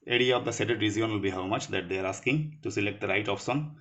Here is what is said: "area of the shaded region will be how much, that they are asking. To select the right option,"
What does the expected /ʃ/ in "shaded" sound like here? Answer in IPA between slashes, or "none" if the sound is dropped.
/s/